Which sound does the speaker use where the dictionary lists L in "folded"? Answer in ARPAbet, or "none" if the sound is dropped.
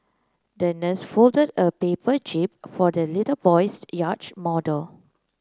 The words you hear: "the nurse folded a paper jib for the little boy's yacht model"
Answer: L